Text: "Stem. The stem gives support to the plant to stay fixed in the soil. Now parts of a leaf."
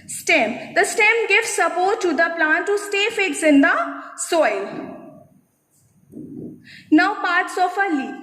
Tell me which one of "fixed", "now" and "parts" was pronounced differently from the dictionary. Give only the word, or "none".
fixed